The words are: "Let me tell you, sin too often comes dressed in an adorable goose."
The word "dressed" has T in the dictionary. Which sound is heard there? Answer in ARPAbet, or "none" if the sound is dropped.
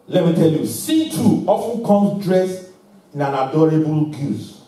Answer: none